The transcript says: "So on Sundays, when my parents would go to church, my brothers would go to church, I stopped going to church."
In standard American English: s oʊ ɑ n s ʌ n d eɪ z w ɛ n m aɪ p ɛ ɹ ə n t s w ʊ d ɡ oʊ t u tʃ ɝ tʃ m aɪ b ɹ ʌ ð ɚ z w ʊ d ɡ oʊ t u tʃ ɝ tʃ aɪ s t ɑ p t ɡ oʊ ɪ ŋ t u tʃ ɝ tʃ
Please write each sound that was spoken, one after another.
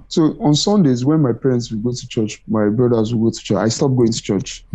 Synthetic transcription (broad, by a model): s oʊ ɑ n s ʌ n d eɪ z w ɛ n m aɪ p ɛ ɹ ə n t s w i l ɡ oʊ t u tʃ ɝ tʃ m aɪ b ɹ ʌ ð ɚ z w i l ɡ oʊ t u tʃ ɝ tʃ aɪ s t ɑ p ɡ oʊ ɪ ŋ t u tʃ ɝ tʃ